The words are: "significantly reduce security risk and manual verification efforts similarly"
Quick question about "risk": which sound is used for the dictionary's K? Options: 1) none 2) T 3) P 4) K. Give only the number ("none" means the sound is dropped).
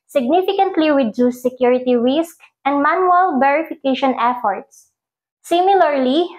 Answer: 4